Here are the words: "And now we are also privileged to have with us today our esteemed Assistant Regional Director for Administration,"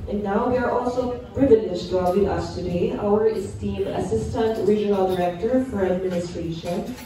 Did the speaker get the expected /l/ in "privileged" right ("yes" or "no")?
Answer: no